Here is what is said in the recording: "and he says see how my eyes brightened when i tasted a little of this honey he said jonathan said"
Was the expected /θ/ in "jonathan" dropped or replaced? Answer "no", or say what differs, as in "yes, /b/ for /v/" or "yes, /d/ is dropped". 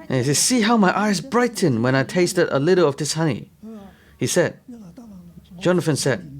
yes, /f/ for /θ/